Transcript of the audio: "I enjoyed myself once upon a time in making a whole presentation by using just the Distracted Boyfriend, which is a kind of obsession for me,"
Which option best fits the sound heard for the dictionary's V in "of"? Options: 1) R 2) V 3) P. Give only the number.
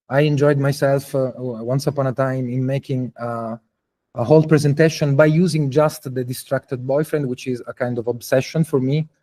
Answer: 2